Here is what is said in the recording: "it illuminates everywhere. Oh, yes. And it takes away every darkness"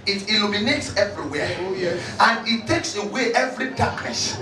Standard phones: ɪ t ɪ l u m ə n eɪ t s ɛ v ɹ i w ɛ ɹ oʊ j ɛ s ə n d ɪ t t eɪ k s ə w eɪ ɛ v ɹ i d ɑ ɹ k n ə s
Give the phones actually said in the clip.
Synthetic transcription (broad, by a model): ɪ t ɪ l u m ə n eɪ t s ɛ v ɹ i w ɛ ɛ ə n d ɪ t t eɪ k s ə w eɪ ɛ v ɹ i d ɑ k n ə s